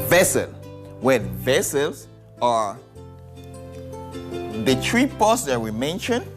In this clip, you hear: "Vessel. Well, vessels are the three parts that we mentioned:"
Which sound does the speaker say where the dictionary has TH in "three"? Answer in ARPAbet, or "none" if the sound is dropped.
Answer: T